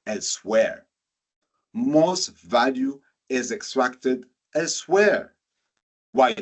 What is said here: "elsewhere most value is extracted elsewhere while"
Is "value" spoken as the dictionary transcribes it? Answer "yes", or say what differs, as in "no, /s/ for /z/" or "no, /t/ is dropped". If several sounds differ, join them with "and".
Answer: yes